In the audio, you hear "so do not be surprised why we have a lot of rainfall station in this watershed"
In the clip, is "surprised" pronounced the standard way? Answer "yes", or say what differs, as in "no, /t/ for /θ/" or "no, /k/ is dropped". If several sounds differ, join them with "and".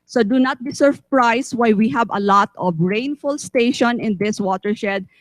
no, /s/ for /z/